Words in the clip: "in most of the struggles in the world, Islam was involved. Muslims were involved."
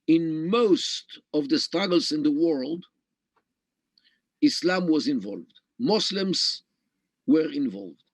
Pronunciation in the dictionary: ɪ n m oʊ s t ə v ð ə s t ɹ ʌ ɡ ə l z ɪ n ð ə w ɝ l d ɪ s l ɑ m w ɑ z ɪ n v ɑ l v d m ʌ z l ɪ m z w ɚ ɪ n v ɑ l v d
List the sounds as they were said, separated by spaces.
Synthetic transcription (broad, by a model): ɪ n m oʊ s t ə v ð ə s t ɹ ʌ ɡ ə l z ɪ n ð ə w ɝ l d ɪ s l ɑ m w ɑ z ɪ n v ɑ l v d m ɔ s l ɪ m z w ɚ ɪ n v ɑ l v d